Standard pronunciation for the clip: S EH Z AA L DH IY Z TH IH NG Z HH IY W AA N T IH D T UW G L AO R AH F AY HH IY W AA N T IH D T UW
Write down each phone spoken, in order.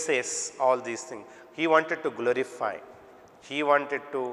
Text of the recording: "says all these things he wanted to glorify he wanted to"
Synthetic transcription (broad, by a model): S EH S AA L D IY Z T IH NG HH IY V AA N T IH D T UW G L AO R AH F AY HH IY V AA N T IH D T UW